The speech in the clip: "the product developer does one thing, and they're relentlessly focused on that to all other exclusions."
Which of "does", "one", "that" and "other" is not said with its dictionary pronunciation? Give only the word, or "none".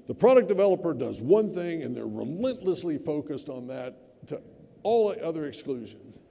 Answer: none